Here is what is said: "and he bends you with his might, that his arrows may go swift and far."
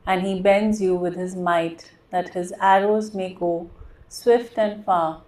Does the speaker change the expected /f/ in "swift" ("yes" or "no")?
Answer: no